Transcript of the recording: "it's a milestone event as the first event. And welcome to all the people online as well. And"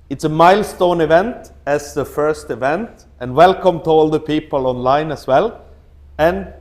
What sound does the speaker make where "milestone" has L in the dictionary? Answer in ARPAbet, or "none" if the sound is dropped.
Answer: L